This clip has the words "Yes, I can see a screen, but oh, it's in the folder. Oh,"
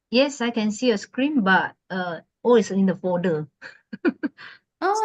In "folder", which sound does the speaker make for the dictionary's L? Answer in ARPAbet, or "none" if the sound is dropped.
none